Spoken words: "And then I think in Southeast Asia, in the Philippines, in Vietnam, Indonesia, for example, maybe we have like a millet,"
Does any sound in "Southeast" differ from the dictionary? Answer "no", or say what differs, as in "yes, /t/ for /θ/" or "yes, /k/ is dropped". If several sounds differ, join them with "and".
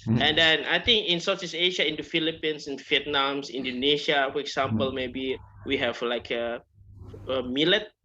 yes, /s/ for /θ/ and /t/ is dropped